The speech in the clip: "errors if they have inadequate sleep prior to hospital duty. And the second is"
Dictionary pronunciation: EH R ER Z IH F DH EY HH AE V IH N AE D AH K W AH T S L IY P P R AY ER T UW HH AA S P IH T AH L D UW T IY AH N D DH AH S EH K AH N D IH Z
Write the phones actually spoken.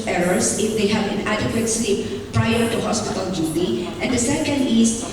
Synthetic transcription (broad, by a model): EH R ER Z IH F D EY HH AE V IH N AE D AH K W AH T S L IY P P R AY ER T UW HH AA S P IH T AH L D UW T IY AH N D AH S EH K AH N D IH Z